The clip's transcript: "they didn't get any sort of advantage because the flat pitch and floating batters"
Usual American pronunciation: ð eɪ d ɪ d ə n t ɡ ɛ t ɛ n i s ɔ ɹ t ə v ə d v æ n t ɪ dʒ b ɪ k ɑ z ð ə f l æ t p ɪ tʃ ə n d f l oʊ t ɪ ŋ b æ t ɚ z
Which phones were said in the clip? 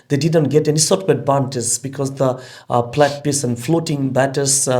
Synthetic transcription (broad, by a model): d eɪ d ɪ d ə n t ɡ ɛ t ɛ n i s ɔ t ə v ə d b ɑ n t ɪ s b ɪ k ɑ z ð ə p l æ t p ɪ s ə n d f l oʊ t ɪ ŋ b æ t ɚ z